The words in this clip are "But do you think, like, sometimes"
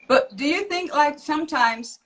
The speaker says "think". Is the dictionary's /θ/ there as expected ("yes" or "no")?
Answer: yes